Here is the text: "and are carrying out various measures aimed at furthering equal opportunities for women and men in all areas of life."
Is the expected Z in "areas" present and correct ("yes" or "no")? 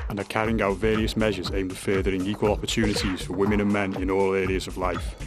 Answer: yes